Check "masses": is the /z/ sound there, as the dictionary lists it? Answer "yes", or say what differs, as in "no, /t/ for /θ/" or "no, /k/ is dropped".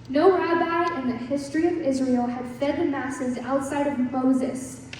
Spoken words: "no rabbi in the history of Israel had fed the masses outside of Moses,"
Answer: yes